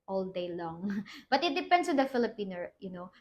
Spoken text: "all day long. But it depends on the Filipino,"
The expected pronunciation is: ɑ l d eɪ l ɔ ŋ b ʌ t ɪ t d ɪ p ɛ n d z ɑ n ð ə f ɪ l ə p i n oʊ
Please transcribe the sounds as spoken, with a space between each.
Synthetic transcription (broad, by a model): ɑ l d eɪ l ɔ ŋ b ʌ t ɪ t d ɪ p ɛ n d s ɑ n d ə f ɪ l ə p i n oʊ